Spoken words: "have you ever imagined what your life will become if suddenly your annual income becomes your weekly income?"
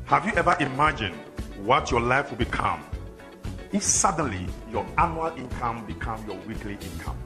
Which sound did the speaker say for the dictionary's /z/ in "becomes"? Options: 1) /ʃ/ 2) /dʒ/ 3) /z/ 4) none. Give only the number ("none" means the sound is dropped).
4